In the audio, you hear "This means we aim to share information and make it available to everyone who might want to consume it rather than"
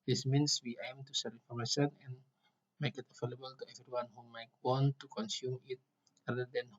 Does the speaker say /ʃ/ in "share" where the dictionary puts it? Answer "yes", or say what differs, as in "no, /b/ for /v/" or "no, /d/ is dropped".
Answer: no, /s/ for /ʃ/